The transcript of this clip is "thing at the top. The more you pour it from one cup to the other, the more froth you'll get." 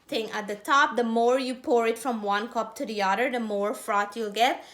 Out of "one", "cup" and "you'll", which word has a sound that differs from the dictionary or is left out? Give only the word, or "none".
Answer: none